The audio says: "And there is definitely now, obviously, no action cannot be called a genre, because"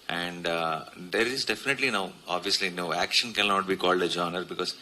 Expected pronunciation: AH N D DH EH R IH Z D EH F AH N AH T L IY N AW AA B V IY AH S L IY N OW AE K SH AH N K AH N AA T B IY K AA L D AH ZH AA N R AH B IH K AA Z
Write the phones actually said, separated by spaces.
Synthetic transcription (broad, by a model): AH N D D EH R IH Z D EH F AH N AH T L IY N AW AA B V IY AH S L IY N OW AE K SH AH N K AH N AA T B IY K AA L D AH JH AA N R B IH K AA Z